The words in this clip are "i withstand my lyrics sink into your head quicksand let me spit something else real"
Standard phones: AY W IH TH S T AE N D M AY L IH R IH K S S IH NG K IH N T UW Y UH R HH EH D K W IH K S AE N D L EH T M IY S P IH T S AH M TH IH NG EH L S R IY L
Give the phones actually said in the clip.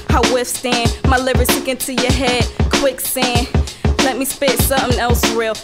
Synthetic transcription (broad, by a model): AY W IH F S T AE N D M AY L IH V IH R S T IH K IH N T UW Y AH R HH EH D K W IH K S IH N L EH T M IY S P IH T S AH M TH IH NG EH L S R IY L